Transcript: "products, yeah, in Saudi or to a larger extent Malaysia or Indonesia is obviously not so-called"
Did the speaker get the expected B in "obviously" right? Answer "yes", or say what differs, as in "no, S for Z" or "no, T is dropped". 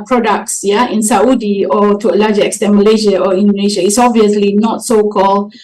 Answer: yes